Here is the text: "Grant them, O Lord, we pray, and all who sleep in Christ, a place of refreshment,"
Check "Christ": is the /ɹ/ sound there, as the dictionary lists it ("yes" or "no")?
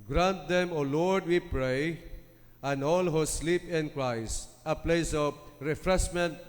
yes